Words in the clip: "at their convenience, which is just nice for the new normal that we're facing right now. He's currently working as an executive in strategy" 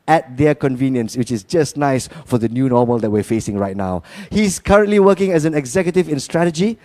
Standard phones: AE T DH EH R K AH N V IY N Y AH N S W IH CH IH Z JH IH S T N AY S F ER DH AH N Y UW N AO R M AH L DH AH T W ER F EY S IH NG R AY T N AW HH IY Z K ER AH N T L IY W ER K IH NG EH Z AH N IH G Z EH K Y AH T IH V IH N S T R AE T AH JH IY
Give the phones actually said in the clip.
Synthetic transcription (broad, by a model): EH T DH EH K AH N V IY N Y AH N S W IH CH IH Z JH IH S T N AY S F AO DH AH N Y UW N AO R M AH L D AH T W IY F EY S IH NG R AY T N AW HH IY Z K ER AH N T L IY W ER K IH NG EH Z AH N IH G Z EH K Y AH T IH V IH N S T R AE T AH JH IY